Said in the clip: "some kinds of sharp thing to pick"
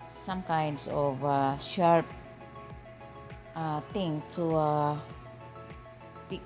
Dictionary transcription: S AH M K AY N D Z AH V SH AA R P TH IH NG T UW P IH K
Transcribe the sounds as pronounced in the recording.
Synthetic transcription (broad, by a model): S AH M K AY N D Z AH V SH AA R P T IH NG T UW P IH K